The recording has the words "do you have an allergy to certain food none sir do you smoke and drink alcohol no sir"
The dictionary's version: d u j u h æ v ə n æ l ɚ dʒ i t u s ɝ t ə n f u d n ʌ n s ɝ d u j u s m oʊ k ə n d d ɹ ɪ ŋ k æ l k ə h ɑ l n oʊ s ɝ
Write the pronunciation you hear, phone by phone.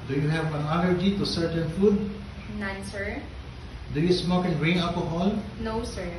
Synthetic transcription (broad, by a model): d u j u h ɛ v ə n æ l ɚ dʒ i t u s ɝ t ə n f u d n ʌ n s ɝ d u j u s m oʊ k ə n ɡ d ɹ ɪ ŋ ɑ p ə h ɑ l n oʊ s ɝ